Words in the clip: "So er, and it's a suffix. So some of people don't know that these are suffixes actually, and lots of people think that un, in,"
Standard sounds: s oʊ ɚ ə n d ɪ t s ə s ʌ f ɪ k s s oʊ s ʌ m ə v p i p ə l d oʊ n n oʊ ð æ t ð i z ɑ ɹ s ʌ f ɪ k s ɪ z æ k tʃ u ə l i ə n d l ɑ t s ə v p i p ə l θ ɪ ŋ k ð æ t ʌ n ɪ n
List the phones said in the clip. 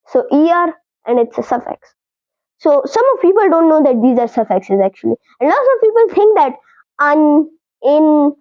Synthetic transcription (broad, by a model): s oʊ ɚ ə n d ɪ t s ə s ʌ f ɪ k s s oʊ s ʌ m ə v p i p ə l d oʊ n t oʊ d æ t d i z ɑ ɹ s ʌ f ɪ k s ɪ z æ k tʃ u ə l i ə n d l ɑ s ə v p i p ə l t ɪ ŋ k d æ t ʌ n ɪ n